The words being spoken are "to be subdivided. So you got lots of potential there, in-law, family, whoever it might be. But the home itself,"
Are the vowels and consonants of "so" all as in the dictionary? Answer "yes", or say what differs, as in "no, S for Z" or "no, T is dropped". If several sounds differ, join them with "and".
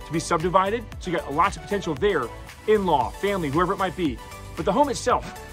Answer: no, SH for S